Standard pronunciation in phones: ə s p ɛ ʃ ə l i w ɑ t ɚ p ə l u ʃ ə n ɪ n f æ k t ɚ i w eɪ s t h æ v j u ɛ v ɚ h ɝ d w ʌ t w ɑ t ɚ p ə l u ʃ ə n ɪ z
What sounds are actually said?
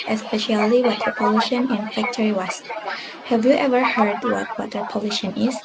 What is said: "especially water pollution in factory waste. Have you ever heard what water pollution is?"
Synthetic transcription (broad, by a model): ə s p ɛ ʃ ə l i w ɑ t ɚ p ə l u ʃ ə n ɪ n f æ k t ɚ i w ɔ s h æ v j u ɛ v ɚ h ɝ d w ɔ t w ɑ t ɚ p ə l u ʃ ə n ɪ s